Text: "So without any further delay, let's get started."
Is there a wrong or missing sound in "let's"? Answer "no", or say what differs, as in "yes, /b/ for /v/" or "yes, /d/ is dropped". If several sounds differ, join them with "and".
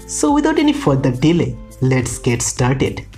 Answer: no